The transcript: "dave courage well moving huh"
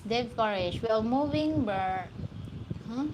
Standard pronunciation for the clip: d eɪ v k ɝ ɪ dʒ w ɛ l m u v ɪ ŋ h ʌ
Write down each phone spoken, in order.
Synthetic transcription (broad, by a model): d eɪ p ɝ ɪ ʃ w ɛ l m u v ɪ ŋ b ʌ